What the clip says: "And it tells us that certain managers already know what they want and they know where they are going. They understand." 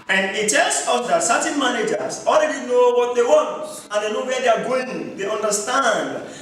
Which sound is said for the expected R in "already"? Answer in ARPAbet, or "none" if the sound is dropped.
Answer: L